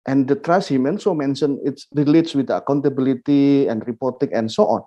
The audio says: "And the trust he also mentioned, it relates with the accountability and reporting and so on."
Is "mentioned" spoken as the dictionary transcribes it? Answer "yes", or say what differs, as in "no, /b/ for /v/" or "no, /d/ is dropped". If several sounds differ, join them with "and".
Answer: no, /d/ is dropped